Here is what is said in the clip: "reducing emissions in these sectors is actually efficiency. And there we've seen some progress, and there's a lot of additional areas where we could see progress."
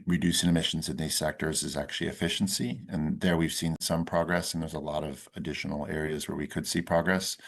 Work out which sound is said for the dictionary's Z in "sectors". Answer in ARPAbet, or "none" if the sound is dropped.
Z